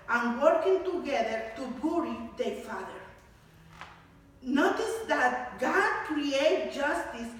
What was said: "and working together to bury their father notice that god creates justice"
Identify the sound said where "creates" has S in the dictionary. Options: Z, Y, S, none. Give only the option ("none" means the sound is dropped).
none